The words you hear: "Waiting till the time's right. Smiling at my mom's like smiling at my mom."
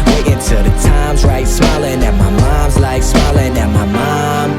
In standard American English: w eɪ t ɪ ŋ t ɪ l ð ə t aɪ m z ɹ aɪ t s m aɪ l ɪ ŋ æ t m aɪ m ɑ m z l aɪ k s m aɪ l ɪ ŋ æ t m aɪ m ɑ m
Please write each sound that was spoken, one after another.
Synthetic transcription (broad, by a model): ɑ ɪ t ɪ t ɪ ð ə t aɪ m z ɹ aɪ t s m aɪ l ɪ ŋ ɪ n m aɪ m ɑ m z l aɪ k s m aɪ l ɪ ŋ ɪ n m aɪ m ɑ m